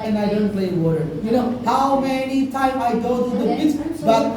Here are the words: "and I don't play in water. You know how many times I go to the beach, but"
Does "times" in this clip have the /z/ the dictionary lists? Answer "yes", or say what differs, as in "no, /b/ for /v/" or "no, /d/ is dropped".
no, /z/ is dropped